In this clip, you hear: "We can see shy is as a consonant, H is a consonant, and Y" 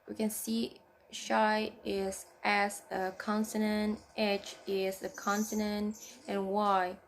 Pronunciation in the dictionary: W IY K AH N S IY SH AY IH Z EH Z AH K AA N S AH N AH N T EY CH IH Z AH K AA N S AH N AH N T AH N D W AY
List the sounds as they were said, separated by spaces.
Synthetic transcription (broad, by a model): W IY K AH N S IY SH AY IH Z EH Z AH K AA N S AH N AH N T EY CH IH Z AH K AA N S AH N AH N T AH N W AY